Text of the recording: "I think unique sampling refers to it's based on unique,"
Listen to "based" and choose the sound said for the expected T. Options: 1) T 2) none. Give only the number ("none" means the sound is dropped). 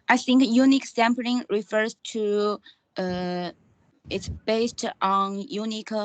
1